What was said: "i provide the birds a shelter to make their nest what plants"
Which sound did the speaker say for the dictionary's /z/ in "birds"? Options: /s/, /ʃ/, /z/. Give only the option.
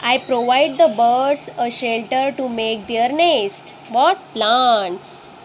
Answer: /s/